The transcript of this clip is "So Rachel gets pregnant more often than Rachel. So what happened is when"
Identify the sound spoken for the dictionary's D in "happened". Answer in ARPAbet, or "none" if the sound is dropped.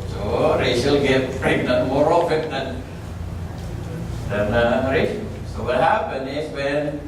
none